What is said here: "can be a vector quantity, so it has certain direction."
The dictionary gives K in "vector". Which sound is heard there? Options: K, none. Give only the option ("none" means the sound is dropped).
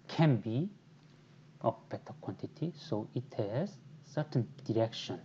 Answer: none